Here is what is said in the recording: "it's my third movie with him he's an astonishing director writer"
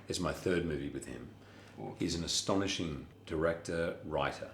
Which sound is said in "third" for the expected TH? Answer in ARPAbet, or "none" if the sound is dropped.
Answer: TH